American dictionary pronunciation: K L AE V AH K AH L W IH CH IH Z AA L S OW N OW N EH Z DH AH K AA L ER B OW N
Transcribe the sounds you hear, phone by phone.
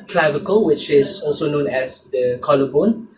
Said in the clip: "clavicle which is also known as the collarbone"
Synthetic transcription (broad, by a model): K L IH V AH K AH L W IH CH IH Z AA L S OW N OW N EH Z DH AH K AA L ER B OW N